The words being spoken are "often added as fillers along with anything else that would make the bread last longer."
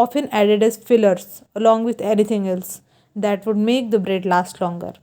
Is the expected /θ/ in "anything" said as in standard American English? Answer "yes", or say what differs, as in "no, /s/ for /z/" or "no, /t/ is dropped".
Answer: no, /t/ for /θ/